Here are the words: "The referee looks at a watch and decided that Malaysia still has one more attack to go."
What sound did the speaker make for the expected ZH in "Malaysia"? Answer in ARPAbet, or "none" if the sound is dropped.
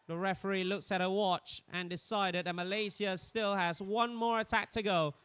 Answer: Z